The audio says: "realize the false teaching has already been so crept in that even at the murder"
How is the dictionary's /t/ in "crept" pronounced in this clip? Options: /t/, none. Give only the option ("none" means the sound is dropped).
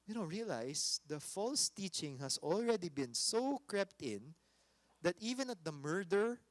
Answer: /t/